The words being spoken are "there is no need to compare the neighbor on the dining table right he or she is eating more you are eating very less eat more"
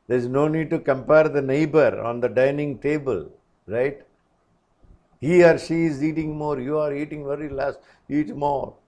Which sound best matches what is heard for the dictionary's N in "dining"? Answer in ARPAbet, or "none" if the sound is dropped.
N